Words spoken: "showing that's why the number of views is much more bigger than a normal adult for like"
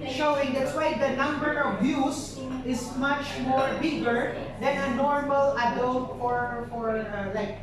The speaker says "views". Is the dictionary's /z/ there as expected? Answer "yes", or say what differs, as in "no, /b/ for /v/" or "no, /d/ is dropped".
no, /s/ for /z/